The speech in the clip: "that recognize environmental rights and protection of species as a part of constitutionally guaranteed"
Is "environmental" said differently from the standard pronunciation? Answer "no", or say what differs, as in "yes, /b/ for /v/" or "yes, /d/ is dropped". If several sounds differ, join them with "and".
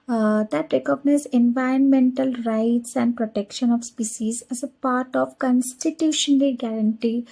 no